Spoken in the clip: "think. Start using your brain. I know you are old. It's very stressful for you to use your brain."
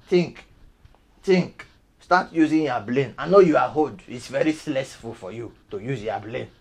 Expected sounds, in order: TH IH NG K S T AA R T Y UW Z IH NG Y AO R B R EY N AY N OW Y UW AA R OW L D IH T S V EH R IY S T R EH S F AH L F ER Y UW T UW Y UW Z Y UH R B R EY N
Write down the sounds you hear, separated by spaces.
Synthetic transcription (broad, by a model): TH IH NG K S T AA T Y UW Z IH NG Y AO B L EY N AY N OW Y UW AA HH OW D IH T S V EH R IY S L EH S F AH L F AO Y UW T UW Y UW Z Y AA B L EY N